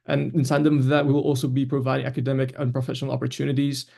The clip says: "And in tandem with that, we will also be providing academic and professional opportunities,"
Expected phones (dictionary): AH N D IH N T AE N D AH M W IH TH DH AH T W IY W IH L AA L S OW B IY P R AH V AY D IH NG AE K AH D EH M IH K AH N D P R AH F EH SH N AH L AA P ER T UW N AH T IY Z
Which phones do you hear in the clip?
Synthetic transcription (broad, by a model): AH N IH N S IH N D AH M DH AH T W IY W IH L AA L S OW B IY P R AH V AY D IH NG AE K AH D EH M IH K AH N P R AH F EH SH N AH L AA P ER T UW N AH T IY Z